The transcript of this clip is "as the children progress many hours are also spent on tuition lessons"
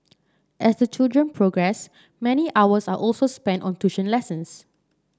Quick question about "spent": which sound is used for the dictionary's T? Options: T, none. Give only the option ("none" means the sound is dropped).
T